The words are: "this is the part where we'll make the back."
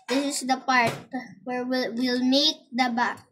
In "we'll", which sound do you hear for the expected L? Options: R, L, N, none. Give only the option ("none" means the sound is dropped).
L